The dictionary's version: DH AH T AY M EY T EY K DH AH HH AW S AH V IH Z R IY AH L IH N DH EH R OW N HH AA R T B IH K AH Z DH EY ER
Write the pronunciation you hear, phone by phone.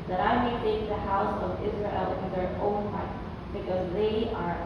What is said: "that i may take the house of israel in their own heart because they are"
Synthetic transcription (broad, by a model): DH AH T AY M EY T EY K DH AH HH AW S AH V IH Z R IY AH L IH N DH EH R OW N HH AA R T B IH K AH Z DH EY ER